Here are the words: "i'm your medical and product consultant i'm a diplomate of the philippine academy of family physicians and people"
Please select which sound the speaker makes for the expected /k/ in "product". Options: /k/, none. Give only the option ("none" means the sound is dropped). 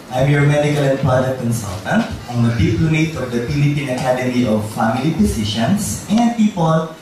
none